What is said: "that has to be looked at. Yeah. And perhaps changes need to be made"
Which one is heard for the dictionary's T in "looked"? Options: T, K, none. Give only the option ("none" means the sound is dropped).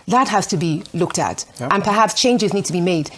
T